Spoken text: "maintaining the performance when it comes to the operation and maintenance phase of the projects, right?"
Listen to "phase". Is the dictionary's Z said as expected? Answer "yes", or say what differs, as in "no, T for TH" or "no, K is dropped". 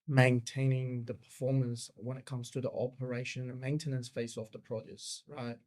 no, S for Z